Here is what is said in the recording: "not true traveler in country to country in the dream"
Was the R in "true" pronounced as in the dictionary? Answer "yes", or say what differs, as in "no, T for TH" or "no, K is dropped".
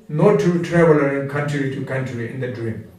no, R is dropped